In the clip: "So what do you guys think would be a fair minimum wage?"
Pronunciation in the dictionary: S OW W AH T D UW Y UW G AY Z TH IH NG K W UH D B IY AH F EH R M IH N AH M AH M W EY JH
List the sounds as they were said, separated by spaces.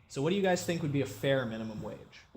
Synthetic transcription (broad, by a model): S OW W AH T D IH Y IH G AY Z TH IH NG K W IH D B IY AH F EH R M IH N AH M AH M W EY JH